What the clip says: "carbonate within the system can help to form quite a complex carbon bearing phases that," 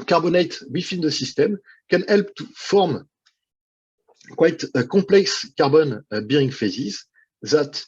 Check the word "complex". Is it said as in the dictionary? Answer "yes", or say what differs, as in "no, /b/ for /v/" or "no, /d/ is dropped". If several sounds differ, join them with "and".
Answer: no, /m/ is dropped